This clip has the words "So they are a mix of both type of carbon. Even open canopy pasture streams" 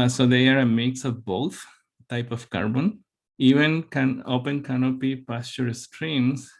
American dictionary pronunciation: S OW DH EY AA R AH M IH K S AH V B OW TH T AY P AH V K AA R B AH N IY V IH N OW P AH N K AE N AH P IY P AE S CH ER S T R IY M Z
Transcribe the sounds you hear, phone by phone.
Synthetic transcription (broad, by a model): S OW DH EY AA R AH M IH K S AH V B OW T T AY P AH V K AA R B AH N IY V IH N OW P AH N K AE N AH P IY P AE S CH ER S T R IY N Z